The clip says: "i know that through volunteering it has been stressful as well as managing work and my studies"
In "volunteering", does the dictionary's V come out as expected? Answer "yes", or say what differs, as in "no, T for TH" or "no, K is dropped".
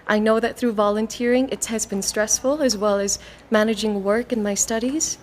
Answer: yes